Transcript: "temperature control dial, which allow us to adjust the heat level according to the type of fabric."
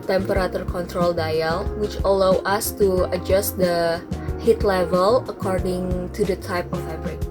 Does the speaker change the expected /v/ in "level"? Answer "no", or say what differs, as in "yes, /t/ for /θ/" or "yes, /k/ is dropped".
no